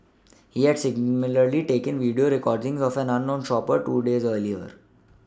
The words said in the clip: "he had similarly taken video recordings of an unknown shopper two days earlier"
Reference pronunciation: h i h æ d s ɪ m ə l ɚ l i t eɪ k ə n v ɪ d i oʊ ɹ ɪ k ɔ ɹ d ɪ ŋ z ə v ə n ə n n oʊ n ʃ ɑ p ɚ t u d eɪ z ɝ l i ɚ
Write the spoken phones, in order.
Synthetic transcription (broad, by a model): h i h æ d s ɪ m l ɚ l i t eɪ k ə n v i d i oʊ ɹ ɪ k ɔ ɹ d ɪ ŋ z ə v ə n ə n n oʊ n ʃ ɑ p ɚ t u d eɪ z ɝ l i ɚ